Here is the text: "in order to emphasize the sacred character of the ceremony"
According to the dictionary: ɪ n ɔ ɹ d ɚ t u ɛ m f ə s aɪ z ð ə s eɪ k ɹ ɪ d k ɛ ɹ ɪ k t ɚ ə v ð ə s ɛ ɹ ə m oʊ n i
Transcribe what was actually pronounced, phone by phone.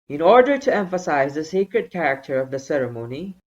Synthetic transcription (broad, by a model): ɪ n ɔ ɹ d ɚ t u ɛ m f ə s aɪ z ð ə s eɪ k ɹ ɪ d k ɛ ɹ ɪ k t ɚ ə v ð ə s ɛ ɹ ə m oʊ n i